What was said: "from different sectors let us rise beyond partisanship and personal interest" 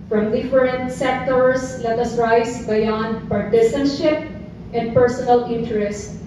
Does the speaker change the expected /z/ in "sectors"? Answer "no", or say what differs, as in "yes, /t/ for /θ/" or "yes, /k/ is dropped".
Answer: yes, /s/ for /z/